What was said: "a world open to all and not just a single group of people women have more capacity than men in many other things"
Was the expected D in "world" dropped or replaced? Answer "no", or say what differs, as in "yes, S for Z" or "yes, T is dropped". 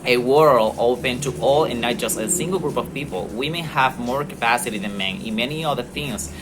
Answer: yes, D is dropped